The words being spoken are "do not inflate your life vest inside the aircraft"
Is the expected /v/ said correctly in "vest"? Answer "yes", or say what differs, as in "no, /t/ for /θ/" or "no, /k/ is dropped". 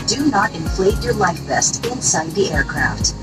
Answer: no, /b/ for /v/